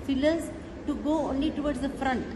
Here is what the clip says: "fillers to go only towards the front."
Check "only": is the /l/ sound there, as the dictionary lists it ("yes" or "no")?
yes